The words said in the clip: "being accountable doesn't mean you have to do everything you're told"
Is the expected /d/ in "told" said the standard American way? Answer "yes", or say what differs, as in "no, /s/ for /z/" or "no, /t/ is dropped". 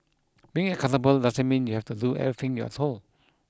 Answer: no, /d/ is dropped